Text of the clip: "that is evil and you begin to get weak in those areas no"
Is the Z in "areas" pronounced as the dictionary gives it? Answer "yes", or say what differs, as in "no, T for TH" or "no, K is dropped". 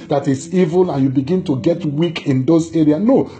no, Z is dropped